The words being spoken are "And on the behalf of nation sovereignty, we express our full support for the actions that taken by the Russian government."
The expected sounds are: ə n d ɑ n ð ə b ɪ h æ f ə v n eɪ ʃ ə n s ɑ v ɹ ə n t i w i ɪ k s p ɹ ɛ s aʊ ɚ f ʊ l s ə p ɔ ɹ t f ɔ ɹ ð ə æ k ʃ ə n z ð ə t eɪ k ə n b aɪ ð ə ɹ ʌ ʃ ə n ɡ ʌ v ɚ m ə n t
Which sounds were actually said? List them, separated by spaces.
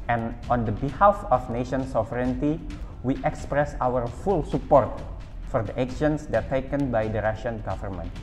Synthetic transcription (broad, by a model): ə n ɑ n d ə b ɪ h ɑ f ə f n eɪ ʃ ə n s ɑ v ɹ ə n t i w i ɪ k s p ɹ ɛ s aʊ ɚ f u l s ə p ɔ ɹ t f ɔ ɹ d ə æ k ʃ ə n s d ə t eɪ k ə n b aɪ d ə ɹ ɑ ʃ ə n ɡ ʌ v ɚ m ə n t